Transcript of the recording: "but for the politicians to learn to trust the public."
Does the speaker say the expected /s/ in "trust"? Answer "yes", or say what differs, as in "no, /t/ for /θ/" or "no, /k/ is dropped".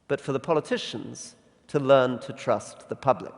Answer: yes